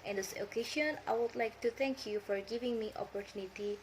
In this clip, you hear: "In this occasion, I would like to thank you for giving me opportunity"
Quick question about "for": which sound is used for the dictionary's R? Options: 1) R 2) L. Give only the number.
1